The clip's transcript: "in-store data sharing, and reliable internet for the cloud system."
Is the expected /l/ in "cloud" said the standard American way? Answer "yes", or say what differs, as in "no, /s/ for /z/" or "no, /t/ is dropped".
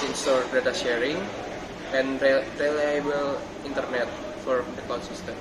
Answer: no, /l/ is dropped